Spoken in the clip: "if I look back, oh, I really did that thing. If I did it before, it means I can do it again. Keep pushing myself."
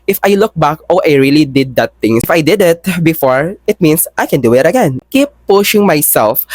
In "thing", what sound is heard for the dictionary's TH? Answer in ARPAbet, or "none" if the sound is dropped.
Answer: T